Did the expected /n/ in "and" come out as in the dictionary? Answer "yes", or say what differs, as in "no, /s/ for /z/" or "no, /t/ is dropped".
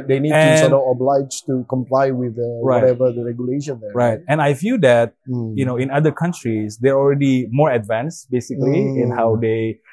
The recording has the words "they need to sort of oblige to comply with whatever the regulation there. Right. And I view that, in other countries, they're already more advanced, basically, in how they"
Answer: no, /l/ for /n/